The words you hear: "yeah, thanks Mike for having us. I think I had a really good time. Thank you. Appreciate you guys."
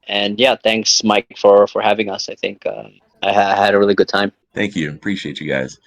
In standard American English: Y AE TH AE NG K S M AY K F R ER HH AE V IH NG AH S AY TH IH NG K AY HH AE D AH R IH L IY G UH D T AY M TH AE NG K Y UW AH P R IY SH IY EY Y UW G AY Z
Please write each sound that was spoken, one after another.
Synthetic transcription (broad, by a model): Y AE TH AE NG K S M AY K F R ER HH AE V IH NG AH S AY TH IH NG K AY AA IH D AH R IH L IY G UH D T AY M TH AE NG K Y UW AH P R IY SH IY EY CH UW G AY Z